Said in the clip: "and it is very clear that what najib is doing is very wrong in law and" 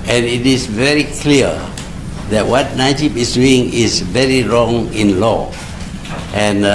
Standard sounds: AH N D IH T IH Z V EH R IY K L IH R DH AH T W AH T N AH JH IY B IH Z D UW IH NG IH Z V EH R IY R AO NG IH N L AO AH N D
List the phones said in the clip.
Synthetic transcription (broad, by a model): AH N IH T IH S V EH R IY K L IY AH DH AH T W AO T N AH SH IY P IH S D UW IH NG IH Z V EH R IY R AO NG IH N L AO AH N